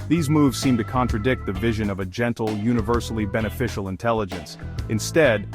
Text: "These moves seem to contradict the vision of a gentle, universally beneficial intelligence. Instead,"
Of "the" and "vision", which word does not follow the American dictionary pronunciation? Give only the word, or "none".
none